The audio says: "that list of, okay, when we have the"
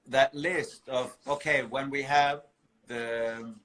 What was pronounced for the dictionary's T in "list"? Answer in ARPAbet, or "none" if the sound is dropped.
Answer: T